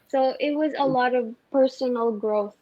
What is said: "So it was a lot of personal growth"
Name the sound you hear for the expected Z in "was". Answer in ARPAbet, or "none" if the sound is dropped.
Z